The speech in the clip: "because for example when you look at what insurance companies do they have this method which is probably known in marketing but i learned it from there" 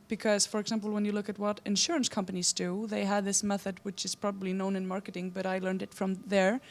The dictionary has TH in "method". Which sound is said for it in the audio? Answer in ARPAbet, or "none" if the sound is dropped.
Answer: TH